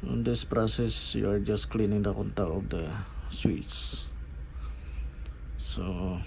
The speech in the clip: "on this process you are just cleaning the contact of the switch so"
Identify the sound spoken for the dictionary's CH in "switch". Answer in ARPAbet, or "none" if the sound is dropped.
S